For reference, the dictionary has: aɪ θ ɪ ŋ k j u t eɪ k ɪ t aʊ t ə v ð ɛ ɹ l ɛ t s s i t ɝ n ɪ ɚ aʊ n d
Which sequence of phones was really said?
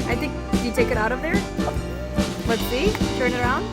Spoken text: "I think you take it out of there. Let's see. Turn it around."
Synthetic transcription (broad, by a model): aɪ t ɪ ŋ k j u t eɪ k ɪ t aʊ t ə v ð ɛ ɹ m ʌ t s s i t ɝ n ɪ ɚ aʊ n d